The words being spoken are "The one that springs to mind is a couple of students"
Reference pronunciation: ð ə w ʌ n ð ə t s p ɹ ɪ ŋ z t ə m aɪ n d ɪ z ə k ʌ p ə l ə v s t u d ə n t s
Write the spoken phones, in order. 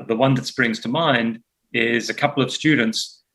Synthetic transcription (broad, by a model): ð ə w ʌ n ð ə t s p ɹ ɪ ŋ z t ə m aɪ n d ɪ z ə k ʌ p l ə v s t u d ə n t s